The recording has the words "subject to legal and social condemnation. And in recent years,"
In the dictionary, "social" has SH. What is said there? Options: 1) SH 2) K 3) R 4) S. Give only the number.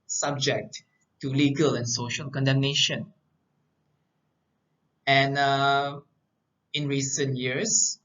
1